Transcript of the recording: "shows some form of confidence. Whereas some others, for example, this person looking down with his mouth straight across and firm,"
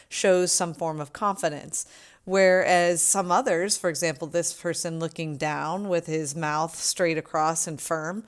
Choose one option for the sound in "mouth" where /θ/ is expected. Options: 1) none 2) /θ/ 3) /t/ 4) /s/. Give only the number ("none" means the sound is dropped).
2